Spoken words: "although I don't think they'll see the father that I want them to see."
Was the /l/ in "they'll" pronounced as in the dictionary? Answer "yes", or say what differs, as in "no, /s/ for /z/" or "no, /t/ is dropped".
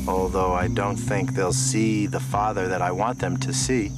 yes